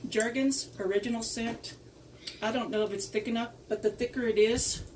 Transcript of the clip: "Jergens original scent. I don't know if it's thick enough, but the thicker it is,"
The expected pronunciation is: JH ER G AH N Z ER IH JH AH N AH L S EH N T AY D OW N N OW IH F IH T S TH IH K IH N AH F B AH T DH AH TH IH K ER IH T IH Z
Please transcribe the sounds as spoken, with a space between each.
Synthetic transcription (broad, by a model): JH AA G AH N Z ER IH JH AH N L S EH N T AY D OW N N OW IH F IH T S TH IH K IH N AH P B AH T DH AH TH IH K ER IH T IH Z